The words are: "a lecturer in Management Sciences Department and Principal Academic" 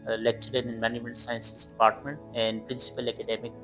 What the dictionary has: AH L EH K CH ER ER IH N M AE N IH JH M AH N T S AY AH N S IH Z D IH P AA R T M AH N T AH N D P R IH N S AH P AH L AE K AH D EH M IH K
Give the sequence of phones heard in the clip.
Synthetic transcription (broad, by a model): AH L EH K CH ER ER IH N M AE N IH M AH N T S AY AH N S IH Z D IH P AA R T M AH N T AH N D P R IH N S AH P AH L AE K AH D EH M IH K